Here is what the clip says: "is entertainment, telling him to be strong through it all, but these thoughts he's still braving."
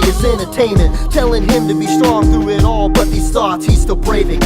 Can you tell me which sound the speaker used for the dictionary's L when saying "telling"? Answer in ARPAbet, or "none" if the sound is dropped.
L